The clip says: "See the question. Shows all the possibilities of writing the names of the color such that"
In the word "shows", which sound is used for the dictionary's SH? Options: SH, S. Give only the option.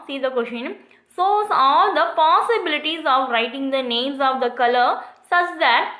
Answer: S